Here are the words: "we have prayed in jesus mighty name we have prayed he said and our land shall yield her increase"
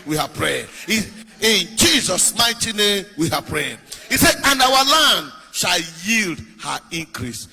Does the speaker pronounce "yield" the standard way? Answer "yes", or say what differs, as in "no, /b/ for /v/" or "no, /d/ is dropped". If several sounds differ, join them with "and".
yes